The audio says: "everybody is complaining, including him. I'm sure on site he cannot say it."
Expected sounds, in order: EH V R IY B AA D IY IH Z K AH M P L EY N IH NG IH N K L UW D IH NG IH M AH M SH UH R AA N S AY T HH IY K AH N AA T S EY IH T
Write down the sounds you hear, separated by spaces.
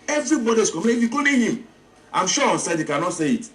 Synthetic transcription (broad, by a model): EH V R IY B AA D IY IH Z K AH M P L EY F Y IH K UW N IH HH IH M AH M SH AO AA N S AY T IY K AH N AA T S EY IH T